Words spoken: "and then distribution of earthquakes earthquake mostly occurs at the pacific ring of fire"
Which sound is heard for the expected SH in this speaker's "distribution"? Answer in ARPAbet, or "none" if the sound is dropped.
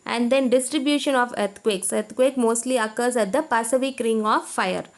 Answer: SH